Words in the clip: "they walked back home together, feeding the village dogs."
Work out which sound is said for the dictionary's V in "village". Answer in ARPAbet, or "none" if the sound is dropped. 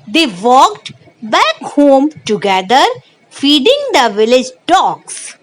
V